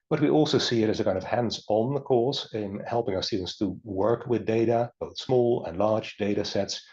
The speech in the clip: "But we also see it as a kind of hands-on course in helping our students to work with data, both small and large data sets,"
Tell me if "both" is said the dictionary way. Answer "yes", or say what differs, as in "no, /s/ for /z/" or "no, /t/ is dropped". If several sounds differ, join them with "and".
yes